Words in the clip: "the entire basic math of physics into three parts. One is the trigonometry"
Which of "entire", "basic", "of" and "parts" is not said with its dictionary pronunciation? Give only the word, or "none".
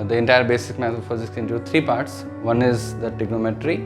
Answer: of